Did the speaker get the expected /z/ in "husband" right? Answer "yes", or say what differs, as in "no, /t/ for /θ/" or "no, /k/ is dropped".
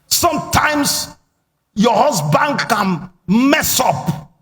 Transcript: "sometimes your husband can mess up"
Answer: no, /s/ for /z/